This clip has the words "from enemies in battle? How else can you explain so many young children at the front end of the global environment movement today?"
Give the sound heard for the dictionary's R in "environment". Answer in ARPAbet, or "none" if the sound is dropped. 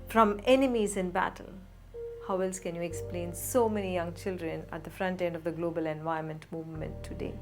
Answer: none